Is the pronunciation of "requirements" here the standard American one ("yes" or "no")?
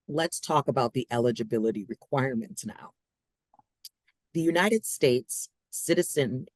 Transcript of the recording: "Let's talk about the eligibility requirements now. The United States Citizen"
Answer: yes